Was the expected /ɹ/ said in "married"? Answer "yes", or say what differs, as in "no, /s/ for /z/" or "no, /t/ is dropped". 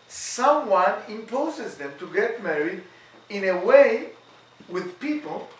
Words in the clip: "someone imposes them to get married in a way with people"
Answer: yes